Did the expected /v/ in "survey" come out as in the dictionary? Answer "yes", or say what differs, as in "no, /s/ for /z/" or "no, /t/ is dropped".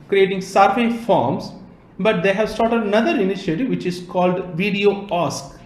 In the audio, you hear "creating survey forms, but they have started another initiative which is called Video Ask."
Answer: no, /f/ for /v/